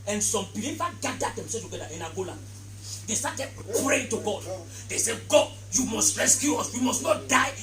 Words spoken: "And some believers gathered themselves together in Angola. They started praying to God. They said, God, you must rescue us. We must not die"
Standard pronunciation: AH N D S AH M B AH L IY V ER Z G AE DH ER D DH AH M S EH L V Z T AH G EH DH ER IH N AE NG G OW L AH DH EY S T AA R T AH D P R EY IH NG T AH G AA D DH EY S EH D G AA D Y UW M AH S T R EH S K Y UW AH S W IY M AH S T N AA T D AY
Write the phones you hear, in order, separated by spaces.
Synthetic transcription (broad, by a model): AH N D S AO M B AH L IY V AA G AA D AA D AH M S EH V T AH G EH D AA IH N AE G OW L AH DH EY S T AA T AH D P R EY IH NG T AH G AA D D EY S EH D G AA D Y UW M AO S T R EH S K Y UW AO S W IY M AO S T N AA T D AY